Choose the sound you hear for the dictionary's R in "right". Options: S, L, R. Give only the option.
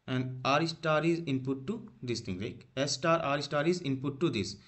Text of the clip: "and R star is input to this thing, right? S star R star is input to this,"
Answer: L